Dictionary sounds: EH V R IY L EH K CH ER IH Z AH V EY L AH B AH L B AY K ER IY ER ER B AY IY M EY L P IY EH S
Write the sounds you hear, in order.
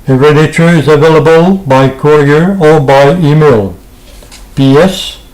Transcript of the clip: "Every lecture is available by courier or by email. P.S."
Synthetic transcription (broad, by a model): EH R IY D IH CH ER IH Z AH V EY L AH B AH L B AY K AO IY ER ER B AY IY M EY L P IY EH S